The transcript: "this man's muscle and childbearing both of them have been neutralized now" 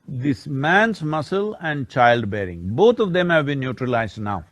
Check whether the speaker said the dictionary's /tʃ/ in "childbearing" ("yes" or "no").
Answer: yes